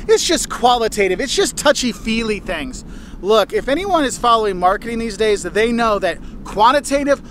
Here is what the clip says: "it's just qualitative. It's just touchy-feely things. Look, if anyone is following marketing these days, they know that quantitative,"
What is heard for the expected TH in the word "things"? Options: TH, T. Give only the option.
TH